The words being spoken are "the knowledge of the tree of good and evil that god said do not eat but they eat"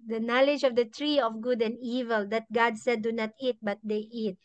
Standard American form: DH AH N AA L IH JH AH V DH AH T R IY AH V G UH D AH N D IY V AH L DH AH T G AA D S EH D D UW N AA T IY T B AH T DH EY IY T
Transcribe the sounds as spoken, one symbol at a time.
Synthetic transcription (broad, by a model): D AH N AA L IH JH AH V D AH T R IY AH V G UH D AH N D IY V AH L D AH T G AA D S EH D D UW N AA T IY T B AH T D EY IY T